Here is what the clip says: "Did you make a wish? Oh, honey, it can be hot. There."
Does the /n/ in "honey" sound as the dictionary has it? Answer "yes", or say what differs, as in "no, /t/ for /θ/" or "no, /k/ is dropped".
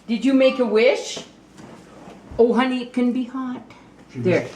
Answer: yes